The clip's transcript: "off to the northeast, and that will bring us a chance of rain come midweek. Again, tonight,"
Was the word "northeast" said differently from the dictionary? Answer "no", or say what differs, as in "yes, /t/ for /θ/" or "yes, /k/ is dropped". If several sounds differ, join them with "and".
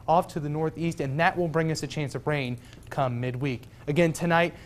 no